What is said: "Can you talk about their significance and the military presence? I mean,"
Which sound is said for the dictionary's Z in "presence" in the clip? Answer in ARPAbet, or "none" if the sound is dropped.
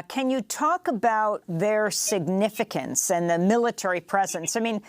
Z